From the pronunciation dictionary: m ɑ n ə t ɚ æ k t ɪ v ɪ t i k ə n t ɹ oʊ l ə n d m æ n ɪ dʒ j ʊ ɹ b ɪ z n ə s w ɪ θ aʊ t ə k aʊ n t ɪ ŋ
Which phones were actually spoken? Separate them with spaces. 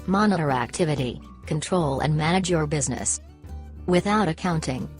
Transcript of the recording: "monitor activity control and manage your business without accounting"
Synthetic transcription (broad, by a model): m ɑ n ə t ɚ æ k t ɪ v ɪ t i k ə n t ɹ oʊ l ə n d m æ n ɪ dʒ j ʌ ɹ b ɪ z n ə s w ɪ θ aʊ t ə k aʊ n t ɪ ŋ